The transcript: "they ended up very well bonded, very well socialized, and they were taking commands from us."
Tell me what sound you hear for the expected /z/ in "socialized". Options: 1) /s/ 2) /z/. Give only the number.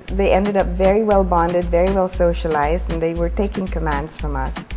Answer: 2